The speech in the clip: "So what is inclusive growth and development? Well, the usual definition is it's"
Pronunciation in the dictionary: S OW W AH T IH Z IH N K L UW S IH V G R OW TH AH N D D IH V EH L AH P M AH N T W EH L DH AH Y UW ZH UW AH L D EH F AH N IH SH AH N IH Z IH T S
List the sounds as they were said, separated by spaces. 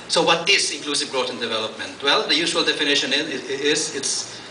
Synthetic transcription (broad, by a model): S OW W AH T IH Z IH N K L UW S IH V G R OW T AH N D D IH V EH L AH P M AH N T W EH L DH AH Y UW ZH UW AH L D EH F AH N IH SH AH N IH Z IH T S